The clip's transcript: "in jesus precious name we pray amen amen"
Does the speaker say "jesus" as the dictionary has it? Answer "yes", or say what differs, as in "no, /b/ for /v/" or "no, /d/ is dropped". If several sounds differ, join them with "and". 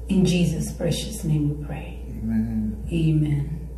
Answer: yes